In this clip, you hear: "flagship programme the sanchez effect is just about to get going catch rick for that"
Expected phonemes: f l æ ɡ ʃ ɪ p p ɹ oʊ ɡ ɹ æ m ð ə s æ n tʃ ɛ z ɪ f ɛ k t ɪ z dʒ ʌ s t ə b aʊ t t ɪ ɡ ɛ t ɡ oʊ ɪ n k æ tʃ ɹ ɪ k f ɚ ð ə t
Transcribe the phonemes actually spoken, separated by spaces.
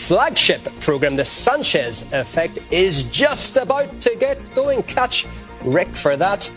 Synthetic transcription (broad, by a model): f l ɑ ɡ ʃ ɪ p p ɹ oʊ ɡ ɹ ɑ m ð ə s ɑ n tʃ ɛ z ɪ f ɛ k t ɪ z dʒ ʌ s t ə b aʊ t t ɪ ɡ ɛ t ɡ oʊ ɪ n k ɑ tʃ ɹ ɪ k f ɚ ð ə t